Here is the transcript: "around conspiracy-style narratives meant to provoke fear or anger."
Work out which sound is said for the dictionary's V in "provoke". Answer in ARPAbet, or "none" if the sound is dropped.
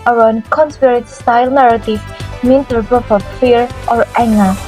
P